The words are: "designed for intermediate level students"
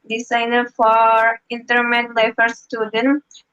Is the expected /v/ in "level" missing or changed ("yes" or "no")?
yes